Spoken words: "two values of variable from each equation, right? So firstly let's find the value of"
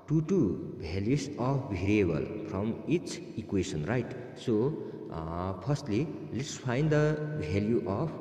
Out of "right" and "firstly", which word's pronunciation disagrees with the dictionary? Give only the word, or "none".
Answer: firstly